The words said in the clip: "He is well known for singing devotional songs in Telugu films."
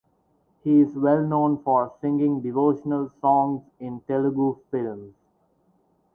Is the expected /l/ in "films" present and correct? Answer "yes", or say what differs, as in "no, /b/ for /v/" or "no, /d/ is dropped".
yes